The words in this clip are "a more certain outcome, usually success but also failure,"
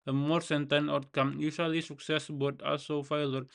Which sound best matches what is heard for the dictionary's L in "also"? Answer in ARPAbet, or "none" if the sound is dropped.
L